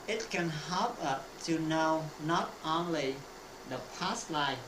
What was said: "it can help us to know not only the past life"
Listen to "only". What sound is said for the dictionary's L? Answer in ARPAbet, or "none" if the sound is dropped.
L